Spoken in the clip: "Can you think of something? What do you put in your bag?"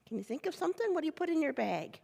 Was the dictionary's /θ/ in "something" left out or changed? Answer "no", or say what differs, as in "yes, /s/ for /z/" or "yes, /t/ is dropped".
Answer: no